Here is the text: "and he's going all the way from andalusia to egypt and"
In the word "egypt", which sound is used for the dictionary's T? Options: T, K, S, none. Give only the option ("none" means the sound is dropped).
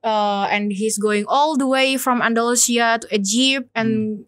none